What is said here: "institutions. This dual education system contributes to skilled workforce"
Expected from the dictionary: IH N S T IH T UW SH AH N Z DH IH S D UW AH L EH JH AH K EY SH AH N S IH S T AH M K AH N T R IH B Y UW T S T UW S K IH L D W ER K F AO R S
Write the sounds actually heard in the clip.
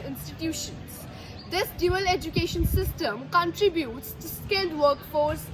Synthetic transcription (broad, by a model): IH N S T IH T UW SH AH N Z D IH S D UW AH L EH JH AH K EY SH AH N S IH S T AH M K AH N T R IH B Y UW T S T UW S K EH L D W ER K F AO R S